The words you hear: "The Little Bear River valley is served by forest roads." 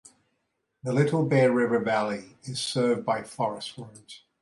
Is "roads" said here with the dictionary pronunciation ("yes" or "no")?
no